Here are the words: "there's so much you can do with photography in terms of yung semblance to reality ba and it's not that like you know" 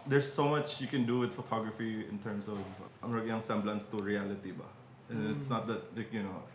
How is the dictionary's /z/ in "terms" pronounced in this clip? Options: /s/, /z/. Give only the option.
/s/